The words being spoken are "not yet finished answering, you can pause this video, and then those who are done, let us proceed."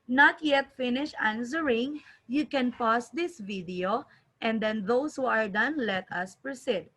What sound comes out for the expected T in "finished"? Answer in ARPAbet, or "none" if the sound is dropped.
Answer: none